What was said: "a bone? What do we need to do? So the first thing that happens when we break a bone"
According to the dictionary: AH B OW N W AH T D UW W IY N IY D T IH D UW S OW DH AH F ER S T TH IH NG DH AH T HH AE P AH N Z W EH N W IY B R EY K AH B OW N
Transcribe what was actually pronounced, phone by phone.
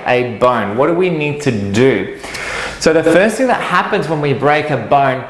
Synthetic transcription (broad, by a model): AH B OW N W AH T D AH W IY N IY D T IH D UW S OW DH AH F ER S T TH IH NG DH AH T HH AE P AH N Z W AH N W IY B R EY K AH B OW N